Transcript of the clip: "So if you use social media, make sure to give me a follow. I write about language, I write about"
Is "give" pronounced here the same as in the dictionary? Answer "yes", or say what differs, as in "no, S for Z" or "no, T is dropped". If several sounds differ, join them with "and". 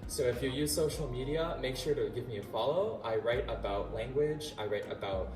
yes